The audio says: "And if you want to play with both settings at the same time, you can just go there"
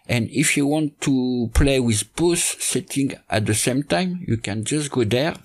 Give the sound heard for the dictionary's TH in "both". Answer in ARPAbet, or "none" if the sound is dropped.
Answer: S